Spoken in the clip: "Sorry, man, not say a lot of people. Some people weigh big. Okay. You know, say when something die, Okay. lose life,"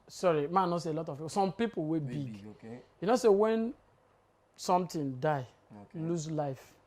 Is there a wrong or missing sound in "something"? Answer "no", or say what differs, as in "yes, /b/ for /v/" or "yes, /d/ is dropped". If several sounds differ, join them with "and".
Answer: yes, /t/ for /θ/